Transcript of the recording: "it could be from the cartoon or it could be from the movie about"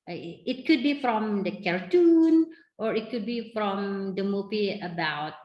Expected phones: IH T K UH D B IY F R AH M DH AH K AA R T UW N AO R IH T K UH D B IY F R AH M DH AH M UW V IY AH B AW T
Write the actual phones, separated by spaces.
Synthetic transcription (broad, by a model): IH T K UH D B IY F R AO M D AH K AA R T UW N AO R IH T K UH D B IY F R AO M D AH M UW P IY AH B AW T